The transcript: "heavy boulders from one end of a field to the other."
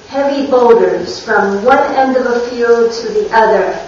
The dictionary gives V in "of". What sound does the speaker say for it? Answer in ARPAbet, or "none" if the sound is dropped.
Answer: V